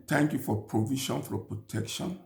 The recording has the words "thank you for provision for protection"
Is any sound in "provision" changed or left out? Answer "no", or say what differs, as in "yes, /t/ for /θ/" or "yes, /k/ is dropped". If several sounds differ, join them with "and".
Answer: yes, /ʃ/ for /ʒ/